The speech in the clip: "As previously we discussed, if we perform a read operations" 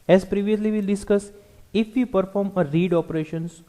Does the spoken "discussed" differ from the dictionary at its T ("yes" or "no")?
yes